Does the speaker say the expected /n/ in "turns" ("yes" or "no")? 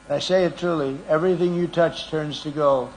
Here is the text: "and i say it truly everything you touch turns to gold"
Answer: yes